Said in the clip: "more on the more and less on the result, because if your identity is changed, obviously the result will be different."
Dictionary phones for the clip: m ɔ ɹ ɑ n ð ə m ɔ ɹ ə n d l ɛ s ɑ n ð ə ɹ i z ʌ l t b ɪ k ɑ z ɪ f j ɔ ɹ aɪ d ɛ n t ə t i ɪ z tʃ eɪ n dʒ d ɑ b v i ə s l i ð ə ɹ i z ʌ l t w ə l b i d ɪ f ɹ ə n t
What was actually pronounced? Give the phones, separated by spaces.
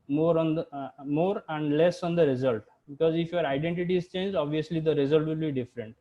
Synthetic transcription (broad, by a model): m ɔ ɹ ɑ n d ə m ɔ ɹ ə n d l ɛ s ɑ n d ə ɹ i z ʌ l t b ɪ k ɑ z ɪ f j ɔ ɹ aɪ d ɛ n t ə t i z tʃ eɪ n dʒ ɑ b v i ə s l i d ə ɹ i z ʌ l t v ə l b i d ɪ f ɹ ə n t